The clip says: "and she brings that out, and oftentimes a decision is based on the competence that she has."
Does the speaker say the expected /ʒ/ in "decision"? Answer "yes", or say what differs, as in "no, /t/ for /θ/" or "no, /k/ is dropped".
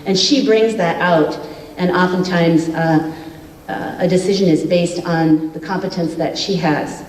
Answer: yes